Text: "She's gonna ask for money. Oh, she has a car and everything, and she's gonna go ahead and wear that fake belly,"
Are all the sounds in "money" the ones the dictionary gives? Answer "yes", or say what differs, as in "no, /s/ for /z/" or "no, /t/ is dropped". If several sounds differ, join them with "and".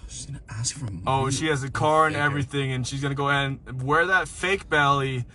no, /n/ is dropped